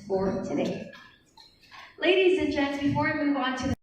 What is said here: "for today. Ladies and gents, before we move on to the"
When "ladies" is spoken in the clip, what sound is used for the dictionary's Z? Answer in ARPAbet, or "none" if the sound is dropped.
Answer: Z